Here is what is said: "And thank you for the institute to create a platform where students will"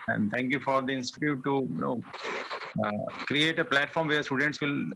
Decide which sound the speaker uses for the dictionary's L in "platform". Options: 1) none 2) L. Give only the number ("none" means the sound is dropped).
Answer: 2